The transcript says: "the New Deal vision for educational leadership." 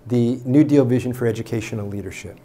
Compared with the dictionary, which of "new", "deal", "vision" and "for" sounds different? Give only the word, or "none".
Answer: none